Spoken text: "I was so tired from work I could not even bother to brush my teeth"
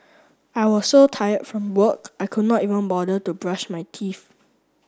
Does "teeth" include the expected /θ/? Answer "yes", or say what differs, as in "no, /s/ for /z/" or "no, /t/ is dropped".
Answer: no, /f/ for /θ/